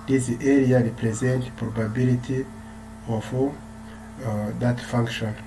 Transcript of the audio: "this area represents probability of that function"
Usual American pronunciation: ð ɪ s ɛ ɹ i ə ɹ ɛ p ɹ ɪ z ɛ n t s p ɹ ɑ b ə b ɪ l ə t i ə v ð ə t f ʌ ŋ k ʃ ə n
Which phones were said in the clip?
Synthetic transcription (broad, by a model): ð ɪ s ɛ ɹ i ə ɹ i p ɹ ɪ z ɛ n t p ɹ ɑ b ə b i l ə t i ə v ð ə t f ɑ ŋ k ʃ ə n